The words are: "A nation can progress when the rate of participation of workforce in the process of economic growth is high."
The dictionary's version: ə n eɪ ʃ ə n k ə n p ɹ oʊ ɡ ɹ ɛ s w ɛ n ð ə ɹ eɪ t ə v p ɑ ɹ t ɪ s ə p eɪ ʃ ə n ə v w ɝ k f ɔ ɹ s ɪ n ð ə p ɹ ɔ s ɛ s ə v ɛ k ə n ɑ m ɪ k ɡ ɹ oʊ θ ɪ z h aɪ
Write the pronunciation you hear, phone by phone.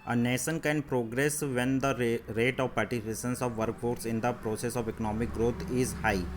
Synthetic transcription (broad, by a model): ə n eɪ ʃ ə n k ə n p ɹ oʊ ɡ ɹ ɛ s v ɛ n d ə ɹ eɪ t ə v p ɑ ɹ t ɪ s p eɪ s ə n ə v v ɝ k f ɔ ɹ s ɪ n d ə p ɹ ɔ s ɛ s ə v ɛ k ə n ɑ m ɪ k ɡ ɹ oʊ t ɪ z h aɪ